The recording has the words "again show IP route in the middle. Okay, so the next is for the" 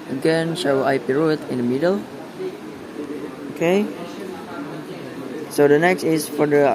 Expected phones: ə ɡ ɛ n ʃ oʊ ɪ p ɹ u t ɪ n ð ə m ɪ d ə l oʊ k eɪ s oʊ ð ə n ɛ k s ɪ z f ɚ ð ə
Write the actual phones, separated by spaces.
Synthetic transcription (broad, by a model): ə ɡ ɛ n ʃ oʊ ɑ p ɹ u t ɪ n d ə m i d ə l oʊ k eɪ s oʊ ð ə n ɛ k s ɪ s f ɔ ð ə